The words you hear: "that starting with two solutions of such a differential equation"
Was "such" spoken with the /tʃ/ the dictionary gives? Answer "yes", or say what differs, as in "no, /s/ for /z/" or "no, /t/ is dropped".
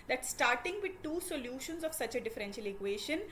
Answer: yes